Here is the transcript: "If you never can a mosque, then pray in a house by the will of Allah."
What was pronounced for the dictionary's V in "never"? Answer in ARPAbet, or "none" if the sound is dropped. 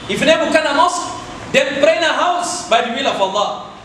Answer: B